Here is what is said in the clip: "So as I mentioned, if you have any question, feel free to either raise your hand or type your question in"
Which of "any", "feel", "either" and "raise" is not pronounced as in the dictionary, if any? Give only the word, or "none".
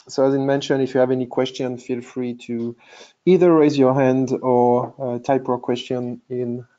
none